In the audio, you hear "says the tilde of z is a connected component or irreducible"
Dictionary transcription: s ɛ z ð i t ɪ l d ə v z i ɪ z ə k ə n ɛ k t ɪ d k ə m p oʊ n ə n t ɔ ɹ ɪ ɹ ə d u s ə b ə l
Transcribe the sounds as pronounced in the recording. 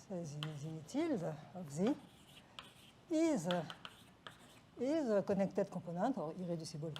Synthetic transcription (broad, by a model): s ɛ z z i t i l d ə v z i ɪ z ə k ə n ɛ k t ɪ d k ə p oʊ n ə t ɔ ɹ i ɹ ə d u s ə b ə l